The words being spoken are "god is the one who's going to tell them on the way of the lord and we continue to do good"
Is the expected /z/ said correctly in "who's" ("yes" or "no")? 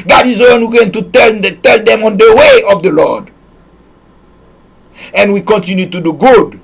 no